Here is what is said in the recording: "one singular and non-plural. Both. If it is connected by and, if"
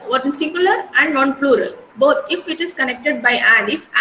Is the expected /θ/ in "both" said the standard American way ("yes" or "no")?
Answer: no